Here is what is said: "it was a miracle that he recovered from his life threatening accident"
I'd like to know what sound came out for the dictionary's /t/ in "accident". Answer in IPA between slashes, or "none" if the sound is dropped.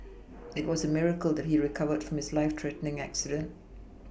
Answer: /t/